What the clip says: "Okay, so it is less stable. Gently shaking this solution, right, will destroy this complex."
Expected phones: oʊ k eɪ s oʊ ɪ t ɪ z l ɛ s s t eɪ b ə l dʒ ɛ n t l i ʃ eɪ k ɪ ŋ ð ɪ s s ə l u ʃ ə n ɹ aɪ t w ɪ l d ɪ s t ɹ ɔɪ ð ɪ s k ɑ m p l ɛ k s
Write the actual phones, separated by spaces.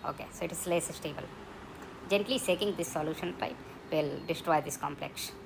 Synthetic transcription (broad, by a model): oʊ k eɪ s oʊ ɪ t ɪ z l ɛ s s t eɪ b ə l dʒ ɛ n t l i s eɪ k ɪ ŋ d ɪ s s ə l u ʃ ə n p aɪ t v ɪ l d ɪ s t ɹ ɔɪ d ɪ s k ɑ m p l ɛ k s